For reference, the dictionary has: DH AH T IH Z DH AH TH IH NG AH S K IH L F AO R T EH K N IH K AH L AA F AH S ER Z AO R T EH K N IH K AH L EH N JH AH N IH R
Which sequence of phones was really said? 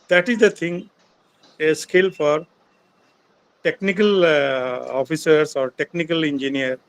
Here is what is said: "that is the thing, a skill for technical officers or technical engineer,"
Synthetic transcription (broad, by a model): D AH T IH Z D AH T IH NG AH S K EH L F AO R T EH K N IH K AH L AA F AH S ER S AO R T EH K N IH K AH L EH N JH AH N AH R